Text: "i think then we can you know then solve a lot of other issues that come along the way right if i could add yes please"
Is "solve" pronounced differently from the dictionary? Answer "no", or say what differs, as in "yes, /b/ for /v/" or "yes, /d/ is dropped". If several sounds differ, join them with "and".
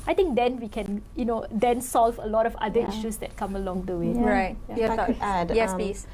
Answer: no